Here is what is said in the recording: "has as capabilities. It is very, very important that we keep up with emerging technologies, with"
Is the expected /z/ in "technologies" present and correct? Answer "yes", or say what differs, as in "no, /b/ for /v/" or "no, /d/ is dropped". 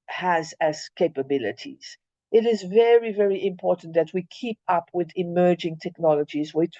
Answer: yes